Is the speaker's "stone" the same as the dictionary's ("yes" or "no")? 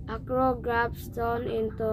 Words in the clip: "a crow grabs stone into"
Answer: yes